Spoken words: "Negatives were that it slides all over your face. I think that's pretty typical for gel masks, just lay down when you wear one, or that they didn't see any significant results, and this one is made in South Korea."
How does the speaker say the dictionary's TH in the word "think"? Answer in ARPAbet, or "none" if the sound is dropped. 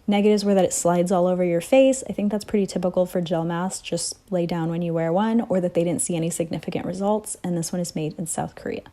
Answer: TH